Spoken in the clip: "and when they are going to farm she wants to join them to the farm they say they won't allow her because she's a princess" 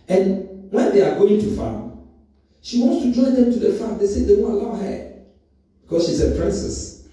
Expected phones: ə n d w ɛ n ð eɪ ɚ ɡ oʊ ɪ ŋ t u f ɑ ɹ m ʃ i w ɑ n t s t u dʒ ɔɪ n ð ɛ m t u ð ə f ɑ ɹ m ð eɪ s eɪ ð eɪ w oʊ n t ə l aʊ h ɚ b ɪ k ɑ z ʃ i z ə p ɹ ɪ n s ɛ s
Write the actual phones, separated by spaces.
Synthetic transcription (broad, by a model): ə n w ɛ n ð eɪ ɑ ɡ oʊ ɪ ŋ t u f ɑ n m ʃ i w ɑ n t s t u dʒ ɔɪ n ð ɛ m t u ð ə f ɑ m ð eɪ s eɪ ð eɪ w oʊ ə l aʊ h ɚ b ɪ k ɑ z ʃ i s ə p ɹ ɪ n s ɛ s